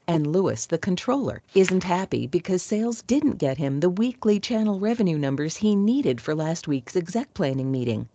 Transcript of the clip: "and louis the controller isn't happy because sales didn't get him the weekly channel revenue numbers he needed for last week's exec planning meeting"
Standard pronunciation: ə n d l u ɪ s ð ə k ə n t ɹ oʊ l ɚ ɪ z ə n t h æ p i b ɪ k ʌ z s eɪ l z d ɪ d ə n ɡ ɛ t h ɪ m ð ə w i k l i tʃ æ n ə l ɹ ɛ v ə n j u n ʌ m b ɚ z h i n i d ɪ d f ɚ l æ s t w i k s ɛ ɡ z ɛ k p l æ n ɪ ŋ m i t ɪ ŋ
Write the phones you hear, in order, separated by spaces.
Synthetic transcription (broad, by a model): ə n l u ɪ s ð ə k ə n t ɹ oʊ l ɚ ɪ z n t h æ p i b ɪ k ʌ z s eɪ l z d ɪ d n ɡ ɛ t h ɪ m ð ə w i k l i tʃ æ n l ɹ ɛ v ə n j u n ʌ m b ɚ z h i n i d ɪ d f ɚ l æ s t w i k s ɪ ɡ z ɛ k p l æ n ɪ ŋ m i t ɪ ŋ